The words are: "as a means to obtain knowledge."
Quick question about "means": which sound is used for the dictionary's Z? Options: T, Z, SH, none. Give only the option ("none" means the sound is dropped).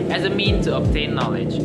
none